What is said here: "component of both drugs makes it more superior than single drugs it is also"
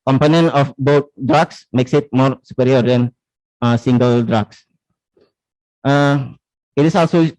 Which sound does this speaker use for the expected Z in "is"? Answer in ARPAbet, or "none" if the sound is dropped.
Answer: S